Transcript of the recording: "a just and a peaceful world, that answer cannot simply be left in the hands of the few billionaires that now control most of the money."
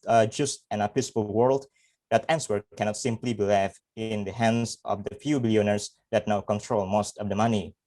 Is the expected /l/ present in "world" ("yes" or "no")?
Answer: yes